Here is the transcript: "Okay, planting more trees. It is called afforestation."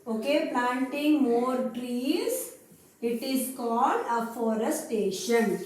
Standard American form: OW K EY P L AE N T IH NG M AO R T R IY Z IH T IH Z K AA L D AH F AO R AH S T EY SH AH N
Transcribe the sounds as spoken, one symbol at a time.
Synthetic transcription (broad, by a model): OW K EY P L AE N T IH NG M AO R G R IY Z IH T IH Z K AA L D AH F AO R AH S T EY SH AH N